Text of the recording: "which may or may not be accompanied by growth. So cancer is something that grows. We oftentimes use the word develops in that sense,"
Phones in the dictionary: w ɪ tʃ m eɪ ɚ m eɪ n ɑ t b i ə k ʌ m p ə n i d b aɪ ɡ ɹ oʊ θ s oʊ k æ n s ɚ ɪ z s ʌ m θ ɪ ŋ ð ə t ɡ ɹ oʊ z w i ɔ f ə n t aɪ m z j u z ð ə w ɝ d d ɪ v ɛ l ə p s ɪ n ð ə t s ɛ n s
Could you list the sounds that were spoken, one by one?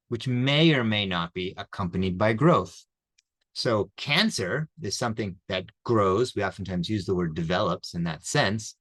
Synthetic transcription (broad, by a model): w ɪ tʃ m eɪ ɚ m eɪ n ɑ t b i ə k ʌ m p ə n i d b aɪ ɡ ɹ oʊ θ s oʊ k æ n s ɚ ɪ z s ʌ m θ ɪ ŋ ð ə t ɡ ɹ oʊ z w i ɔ f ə n t aɪ m z j u z ð ə w ɝ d d ɪ v ɛ l ə p s ɪ n ð ə t s ɛ n s